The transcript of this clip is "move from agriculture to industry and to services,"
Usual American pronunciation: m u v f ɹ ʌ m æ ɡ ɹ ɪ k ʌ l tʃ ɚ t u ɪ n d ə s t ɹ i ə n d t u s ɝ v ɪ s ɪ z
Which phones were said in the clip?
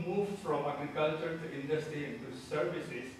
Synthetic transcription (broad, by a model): m u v f ɹ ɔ m æ ɡ ɹ ɪ k ʌ l tʃ ɚ t u ɪ n d ə s t ɹ i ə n t u s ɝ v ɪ s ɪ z